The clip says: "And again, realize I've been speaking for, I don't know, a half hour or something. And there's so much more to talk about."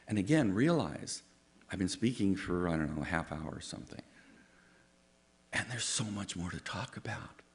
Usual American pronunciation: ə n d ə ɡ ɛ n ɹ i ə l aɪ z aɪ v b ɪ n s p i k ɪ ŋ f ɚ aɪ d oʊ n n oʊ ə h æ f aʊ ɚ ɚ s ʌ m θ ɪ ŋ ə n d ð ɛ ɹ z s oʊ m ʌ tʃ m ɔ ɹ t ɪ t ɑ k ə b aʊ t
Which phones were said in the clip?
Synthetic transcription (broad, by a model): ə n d ə ɡ ɛ n ɹ i ə l aɪ z aɪ v b ɪ n s p i k ɪ ŋ f ɚ aɪ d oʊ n n oʊ ə h æ f aʊ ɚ ɚ s ʌ m θ ɪ ŋ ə n ð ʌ ɹ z s oʊ m ʌ tʃ m ɔ ɹ t ɪ t ɑ k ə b aʊ t